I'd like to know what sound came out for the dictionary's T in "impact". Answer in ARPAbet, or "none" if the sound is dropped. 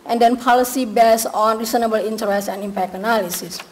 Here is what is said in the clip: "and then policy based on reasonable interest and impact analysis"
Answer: none